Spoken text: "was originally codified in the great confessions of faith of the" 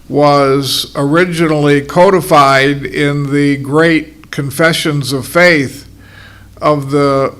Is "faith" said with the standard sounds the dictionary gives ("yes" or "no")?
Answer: yes